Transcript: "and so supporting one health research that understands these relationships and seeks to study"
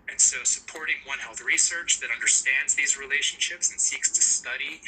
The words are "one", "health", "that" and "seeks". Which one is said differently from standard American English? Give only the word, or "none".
none